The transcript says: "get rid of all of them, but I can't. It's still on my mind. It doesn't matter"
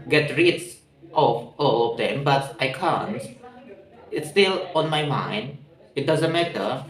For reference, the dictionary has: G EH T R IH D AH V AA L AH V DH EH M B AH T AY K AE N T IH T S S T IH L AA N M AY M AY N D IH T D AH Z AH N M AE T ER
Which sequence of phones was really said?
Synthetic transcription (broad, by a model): G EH T R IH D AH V AA L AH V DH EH M B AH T AY K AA N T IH T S S T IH L AA N M AY M AY N D IH T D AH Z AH N M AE T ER